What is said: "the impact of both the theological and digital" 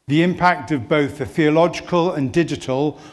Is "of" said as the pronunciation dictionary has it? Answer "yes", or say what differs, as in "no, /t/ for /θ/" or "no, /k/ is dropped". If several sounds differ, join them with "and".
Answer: yes